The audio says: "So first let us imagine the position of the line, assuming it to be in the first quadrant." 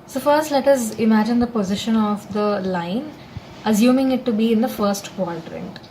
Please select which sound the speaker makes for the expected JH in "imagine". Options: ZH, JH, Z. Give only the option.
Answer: JH